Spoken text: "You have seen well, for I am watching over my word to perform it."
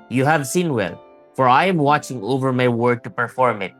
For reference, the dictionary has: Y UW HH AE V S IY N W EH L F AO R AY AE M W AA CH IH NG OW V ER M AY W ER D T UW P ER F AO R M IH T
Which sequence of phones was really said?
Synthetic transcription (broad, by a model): Y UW HH AE V S IY N W EH L F AO R AY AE M W AA CH IH NG OW V ER M AY W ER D T UW P ER F AO R M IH T